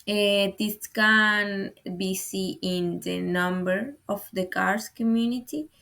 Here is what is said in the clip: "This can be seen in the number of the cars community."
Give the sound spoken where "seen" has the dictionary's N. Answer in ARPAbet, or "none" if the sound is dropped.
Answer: none